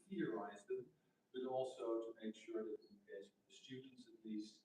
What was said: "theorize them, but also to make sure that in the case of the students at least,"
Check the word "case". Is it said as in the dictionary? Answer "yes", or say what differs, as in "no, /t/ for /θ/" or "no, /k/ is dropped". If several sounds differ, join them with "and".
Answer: no, /s/ is dropped